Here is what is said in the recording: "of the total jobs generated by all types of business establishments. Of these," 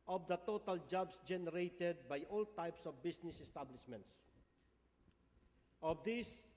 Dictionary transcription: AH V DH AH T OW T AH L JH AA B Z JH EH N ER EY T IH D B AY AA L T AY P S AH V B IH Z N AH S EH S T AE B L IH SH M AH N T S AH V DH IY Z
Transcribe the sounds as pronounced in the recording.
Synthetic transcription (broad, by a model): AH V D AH T OW T AH L JH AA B S JH EH N ER EY T IH D B AY AA L T AY P S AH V B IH S N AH S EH S T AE B L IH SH M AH N T S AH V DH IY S